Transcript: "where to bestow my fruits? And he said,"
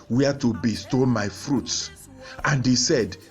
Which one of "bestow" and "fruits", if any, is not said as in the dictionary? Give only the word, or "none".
none